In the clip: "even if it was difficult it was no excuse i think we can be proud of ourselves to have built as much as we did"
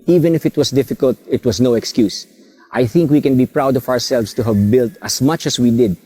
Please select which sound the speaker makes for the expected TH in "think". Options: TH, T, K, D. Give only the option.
TH